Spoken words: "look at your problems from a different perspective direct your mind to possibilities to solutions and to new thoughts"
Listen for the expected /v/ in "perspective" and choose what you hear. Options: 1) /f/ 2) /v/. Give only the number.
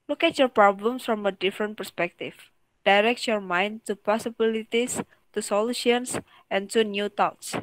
1